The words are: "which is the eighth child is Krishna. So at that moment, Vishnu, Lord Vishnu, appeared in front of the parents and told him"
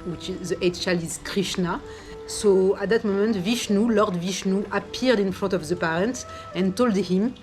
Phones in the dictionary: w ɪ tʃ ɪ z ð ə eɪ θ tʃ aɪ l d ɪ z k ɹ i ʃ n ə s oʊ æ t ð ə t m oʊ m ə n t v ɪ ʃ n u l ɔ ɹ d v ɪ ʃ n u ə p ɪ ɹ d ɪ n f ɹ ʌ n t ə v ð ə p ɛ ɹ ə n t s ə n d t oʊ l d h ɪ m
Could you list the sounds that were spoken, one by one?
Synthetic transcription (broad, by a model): w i tʃ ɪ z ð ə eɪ t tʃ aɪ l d ɪ z k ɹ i ʃ n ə s oʊ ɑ t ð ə t m oʊ m ə n t v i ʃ n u l ɔ ɹ d v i ʃ n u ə p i ɹ d ɪ n f ɹ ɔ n t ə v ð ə p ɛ ɹ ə n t ə n t oʊ l d h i m